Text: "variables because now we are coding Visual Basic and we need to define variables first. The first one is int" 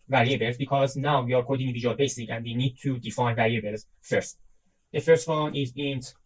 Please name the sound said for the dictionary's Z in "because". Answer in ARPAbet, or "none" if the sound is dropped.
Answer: Z